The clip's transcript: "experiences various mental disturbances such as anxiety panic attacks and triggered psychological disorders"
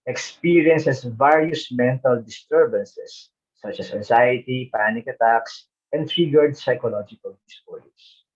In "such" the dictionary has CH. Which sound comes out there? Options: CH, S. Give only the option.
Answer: CH